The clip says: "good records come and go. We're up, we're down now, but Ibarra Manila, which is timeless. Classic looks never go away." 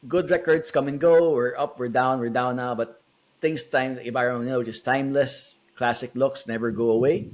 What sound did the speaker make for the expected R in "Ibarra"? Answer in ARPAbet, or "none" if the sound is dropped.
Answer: none